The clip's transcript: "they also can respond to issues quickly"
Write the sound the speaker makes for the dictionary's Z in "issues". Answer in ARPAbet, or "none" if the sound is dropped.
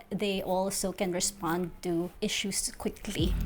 S